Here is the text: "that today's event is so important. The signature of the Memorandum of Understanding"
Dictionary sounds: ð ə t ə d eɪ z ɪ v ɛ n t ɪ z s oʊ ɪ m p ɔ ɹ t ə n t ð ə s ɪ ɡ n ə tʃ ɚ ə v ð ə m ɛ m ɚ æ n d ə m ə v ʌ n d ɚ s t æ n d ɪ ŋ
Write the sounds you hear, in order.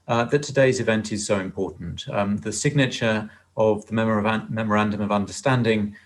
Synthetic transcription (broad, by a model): ð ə t ə d eɪ z ɪ v ɛ n t ɪ z s oʊ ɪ m p ɔ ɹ t n t ð ə s ɪ ɡ n ə tʃ ɚ ə v ð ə m ɛ m ɚ æ n d ə m ə v ʌ n d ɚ s t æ n d ɪ ŋ